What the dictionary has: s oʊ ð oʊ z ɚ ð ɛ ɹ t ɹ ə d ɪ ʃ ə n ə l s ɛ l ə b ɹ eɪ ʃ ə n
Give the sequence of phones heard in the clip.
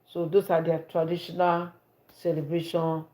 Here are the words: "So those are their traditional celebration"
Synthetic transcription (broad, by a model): s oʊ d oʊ s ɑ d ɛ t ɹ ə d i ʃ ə n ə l s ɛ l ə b ɹ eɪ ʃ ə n